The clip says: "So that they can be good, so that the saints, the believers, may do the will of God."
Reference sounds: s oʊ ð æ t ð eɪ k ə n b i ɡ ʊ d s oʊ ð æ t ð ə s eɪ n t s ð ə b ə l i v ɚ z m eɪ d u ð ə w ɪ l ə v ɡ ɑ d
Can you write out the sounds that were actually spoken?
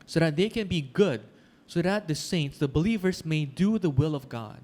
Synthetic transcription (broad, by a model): s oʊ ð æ t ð eɪ k ə n b i ɡ ʊ d s oʊ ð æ t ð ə s eɪ n t s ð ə b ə l i v ɚ s m eɪ d u ð ə w ɪ l ə v ɡ ɑ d